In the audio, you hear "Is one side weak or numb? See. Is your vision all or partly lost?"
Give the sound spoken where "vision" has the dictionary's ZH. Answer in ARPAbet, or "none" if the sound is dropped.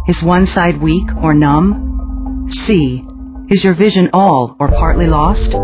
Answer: ZH